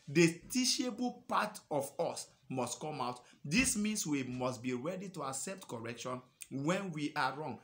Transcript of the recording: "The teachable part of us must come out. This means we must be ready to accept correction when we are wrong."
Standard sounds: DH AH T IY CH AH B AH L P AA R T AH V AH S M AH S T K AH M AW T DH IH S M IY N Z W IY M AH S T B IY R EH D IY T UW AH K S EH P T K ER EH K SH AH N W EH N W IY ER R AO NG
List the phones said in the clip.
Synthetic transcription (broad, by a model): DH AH T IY SH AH B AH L P AA T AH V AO S M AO S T K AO M AW T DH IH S M IY N S W IY M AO S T B IY R EH D IY T UW AH K S EH P T K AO EH K SH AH N W EH N W IY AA R AO NG